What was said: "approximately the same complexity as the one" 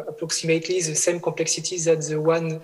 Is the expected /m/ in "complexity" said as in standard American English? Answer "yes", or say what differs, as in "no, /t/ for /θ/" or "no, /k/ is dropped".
no, /m/ is dropped